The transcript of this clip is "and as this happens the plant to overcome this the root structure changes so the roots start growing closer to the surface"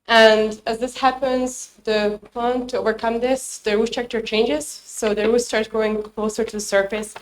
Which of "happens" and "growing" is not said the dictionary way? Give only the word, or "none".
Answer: growing